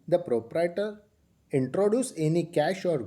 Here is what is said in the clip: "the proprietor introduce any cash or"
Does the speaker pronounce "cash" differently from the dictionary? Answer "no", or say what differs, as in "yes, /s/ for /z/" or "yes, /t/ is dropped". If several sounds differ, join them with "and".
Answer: no